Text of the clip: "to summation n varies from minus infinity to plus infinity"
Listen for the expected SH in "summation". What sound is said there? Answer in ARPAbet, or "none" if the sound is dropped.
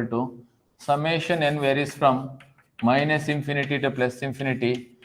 SH